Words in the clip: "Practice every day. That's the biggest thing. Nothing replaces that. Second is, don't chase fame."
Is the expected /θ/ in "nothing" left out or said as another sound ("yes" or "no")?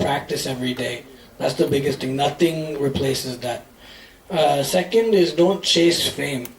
no